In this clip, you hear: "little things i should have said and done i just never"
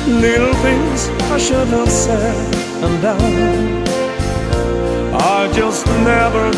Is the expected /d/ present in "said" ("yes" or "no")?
no